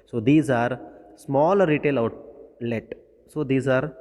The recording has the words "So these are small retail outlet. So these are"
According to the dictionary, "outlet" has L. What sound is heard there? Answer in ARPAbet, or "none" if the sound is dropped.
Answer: L